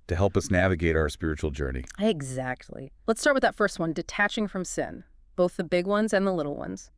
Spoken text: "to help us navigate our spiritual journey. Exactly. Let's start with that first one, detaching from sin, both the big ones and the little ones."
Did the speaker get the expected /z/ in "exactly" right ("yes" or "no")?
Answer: yes